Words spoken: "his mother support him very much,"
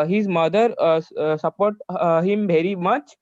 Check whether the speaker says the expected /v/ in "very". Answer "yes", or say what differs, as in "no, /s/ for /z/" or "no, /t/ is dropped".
no, /b/ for /v/